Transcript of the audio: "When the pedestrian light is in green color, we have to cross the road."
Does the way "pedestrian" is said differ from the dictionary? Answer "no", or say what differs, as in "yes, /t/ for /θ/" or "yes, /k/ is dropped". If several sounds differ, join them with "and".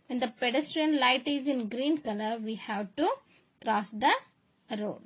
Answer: no